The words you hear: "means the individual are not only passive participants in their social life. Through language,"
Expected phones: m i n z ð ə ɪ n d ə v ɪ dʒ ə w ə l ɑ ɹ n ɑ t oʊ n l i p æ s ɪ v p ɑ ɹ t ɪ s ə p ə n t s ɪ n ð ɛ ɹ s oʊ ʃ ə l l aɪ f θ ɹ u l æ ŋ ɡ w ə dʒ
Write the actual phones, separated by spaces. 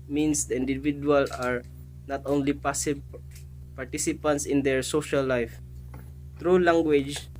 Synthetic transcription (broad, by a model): m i n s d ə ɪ n d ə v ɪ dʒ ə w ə l ɑ ɹ n ɑ t oʊ n l i p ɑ s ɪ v p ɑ ɹ t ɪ s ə p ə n t s ɪ n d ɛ ɹ s oʊ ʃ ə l l aɪ f t ɹ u l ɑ ŋ ɡ w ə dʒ